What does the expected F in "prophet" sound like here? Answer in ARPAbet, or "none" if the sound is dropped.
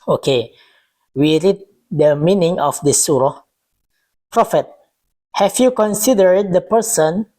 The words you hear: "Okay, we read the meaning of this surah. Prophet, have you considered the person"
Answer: F